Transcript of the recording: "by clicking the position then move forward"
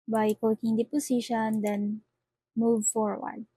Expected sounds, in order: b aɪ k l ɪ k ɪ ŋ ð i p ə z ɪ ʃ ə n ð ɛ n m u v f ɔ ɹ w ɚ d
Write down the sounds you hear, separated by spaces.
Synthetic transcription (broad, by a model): b aɪ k ɔ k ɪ ŋ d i p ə s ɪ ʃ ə n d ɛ n m u v f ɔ ɹ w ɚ d